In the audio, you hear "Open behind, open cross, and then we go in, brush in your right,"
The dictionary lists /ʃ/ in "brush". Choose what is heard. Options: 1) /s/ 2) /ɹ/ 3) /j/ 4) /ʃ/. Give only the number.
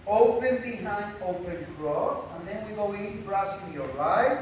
1